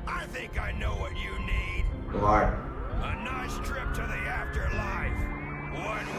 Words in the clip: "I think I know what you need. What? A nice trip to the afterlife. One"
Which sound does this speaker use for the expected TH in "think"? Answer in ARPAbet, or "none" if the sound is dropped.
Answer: TH